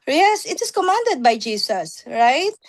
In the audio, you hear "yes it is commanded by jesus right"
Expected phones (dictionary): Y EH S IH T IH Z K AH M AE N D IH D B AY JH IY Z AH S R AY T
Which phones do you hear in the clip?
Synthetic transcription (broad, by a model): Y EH S IH T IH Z K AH M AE N D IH D B AY JH IY S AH S R AY T